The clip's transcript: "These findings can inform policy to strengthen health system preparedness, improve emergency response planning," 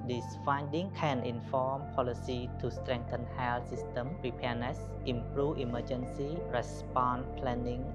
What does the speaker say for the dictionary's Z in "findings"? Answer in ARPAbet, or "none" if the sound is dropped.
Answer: none